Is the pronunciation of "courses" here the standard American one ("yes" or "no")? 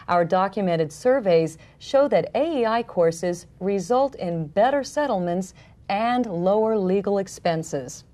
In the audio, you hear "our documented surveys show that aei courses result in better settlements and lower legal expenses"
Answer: yes